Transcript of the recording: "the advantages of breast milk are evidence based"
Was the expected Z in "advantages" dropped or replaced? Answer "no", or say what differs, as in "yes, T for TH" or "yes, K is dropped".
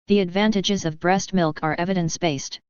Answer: no